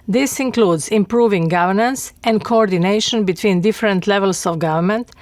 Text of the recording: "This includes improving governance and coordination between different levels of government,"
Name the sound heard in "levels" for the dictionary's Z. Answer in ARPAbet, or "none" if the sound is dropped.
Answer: S